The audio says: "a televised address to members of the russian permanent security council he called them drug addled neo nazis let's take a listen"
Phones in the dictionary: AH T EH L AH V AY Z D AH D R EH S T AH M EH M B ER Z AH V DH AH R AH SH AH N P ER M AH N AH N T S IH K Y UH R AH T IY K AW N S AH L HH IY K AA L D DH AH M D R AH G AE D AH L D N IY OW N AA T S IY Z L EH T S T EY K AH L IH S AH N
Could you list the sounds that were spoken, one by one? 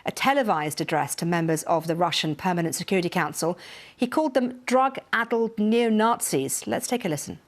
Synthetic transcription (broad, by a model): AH T EH L AH V AY Z D AH D R EH S T AH M EH M B ER Z AH V DH AH R AH SH AH N P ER M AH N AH N T S IH K Y UH R AH T IY K AW N S AH L HH IY K AA L D DH AH M D R AH G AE D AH L D N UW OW N AA T S IY Z L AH T S T EY K AH L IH S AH N